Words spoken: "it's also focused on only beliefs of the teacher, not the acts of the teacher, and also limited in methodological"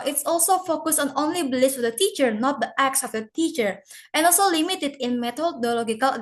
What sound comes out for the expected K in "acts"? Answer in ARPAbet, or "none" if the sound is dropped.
K